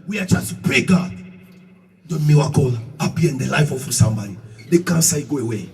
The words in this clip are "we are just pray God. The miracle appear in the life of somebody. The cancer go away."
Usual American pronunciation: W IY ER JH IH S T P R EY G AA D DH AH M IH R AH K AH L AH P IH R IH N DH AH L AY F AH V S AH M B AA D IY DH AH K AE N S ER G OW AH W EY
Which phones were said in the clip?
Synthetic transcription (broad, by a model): W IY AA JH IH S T P R EY G AA D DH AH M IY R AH K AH L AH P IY IH N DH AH L AY F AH F S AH M B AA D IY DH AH K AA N S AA G OW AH W EY